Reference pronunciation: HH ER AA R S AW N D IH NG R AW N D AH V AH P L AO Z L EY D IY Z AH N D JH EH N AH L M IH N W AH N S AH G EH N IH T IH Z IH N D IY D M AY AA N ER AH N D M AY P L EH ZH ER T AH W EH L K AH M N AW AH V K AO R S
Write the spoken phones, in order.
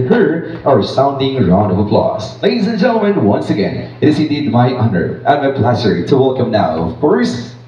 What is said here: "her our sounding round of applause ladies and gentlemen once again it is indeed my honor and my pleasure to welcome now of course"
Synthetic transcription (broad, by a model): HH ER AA R S AW N D IH NG R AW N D AH V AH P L AO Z L EY D IY Z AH N JH EH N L M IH N W AH N S AH G EH N IH T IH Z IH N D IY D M AY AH N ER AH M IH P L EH S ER T AH W EH L K AH M N AW AH V K AO R S